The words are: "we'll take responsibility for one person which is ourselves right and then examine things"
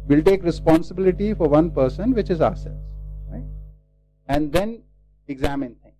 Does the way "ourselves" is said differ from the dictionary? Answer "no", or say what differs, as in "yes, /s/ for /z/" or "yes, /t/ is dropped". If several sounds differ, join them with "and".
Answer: yes, /v/ is dropped